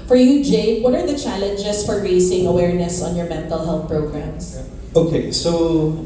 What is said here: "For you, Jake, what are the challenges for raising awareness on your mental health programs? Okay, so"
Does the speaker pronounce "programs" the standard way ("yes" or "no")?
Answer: no